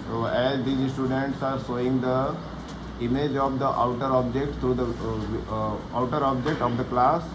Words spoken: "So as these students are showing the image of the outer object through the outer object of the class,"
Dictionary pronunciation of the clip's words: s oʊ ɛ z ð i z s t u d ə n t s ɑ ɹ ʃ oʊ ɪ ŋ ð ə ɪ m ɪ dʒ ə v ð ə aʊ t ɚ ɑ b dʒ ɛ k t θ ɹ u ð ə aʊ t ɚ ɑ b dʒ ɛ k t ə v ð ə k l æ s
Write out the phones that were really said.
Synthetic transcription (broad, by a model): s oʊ ɛ z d i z s t u d ə n t s ɑ ɹ s oʊ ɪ ŋ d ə ɪ m ɪ dʒ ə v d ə aʊ t ɚ ɑ b dʒ ɛ k t t ɹ u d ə aʊ t ɚ ɑ b dʒ ɛ k t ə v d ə k l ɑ s